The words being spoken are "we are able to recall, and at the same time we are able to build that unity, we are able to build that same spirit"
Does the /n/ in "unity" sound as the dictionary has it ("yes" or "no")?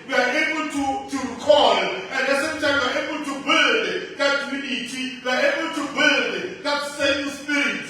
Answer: no